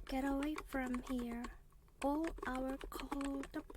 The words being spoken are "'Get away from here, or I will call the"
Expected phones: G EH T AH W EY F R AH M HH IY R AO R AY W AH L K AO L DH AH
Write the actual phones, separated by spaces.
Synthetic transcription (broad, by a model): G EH T AH W EY F R AH M HH IY R AO L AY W AH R K AO L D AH